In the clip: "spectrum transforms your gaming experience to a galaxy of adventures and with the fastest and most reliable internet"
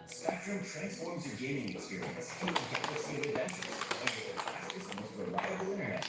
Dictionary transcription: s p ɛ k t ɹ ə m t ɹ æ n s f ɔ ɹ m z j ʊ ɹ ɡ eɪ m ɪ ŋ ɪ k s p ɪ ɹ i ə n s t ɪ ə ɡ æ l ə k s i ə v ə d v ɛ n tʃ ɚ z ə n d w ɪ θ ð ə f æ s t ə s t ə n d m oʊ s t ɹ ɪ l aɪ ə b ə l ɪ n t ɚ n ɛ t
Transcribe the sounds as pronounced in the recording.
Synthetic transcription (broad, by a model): s p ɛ k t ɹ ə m t ɹ æ n s f ɔ ɹ m z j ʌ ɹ ɡ eɪ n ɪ ŋ ɪ k s p ɪ ɹ i ə n s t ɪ ə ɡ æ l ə s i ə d ə d v ɛ n tʃ ɚ z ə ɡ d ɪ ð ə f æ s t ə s ə m oʊ s t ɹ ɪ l aɪ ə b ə l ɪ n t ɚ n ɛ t